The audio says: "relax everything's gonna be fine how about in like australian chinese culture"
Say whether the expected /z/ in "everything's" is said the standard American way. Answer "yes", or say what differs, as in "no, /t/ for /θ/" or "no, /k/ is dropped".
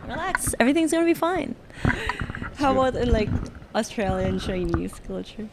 yes